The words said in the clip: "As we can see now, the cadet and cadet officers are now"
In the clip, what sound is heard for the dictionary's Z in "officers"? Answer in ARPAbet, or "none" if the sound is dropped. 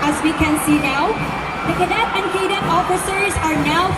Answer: Z